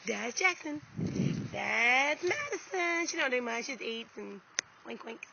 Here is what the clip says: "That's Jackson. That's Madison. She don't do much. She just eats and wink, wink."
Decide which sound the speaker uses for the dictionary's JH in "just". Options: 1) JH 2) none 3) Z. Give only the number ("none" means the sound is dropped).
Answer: 3